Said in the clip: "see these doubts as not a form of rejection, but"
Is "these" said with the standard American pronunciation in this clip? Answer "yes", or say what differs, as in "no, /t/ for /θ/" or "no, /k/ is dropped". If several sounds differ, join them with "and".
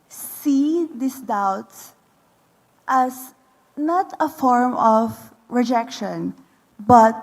no, /s/ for /z/